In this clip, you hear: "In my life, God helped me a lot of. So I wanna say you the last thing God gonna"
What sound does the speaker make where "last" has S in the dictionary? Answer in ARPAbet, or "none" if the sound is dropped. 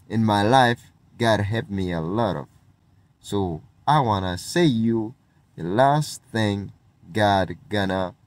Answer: S